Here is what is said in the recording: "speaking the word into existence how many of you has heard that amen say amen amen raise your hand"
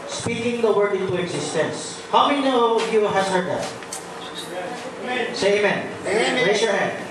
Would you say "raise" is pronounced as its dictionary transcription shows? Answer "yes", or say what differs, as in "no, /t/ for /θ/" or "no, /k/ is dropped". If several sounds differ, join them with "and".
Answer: no, /s/ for /z/